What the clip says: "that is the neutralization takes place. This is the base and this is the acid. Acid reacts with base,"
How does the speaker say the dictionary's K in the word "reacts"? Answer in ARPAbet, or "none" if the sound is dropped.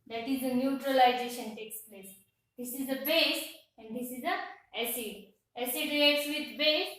none